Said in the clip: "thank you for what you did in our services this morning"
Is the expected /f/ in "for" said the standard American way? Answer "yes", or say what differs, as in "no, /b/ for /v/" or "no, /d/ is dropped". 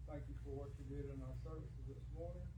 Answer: yes